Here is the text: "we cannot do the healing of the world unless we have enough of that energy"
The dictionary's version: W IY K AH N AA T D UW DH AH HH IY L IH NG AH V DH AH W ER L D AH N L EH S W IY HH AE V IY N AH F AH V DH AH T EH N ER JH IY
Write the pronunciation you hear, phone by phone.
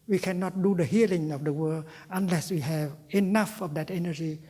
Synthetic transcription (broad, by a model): W IY K AH N AA T D UW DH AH HH IY L IH NG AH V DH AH W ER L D AH N L EH S W IY HH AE V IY N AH F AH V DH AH T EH N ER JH IY